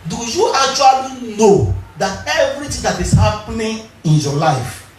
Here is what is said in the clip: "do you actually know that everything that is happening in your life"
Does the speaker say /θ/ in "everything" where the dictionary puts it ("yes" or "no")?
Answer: no